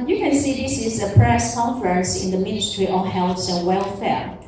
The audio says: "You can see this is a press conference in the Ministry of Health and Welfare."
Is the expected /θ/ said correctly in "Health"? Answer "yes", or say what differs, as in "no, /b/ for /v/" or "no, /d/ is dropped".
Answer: no, /s/ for /θ/